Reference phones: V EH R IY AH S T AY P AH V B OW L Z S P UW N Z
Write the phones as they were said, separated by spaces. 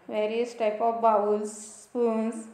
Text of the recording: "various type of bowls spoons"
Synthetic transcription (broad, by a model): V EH R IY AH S T AY P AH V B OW W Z S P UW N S